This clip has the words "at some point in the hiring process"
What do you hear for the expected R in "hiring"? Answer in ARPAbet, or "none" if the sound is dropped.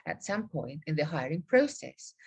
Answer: R